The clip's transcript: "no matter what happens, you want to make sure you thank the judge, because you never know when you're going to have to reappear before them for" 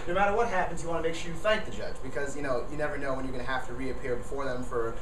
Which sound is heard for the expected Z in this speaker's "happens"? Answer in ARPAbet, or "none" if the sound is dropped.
Z